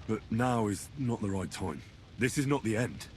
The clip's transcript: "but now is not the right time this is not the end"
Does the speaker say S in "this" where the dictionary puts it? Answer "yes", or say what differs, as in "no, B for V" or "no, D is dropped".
yes